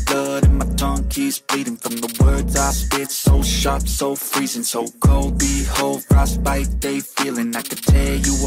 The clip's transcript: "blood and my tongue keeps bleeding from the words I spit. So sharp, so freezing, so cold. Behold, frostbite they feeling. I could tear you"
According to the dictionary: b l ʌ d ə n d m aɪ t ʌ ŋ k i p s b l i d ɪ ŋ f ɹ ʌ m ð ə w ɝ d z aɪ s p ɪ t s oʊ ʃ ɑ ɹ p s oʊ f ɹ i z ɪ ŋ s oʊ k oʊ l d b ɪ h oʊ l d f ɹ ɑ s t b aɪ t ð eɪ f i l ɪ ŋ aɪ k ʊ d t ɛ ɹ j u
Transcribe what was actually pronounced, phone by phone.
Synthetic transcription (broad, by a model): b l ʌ d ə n m aɪ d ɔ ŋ k i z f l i d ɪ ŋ f ɹ ʌ m ð ə w ɝ d z aɪ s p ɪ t s oʊ ʃ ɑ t s oʊ f ɹ i z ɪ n s oʊ k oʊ l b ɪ h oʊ l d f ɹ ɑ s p aɪ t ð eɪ f i l ɪ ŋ aɪ k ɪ t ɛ j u